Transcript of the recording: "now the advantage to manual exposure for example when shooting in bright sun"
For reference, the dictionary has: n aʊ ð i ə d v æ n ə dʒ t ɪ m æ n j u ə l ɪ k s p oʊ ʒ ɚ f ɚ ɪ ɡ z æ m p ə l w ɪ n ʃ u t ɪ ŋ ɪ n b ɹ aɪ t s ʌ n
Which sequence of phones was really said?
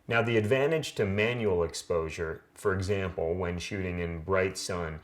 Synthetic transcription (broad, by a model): n aʊ ð i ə d v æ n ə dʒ t ɪ m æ n j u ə l ɪ k s p oʊ ʒ ɚ f ɚ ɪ ɡ z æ m p l w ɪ n ʃ u t ɪ ŋ ɪ n b ɹ aɪ t s ʌ n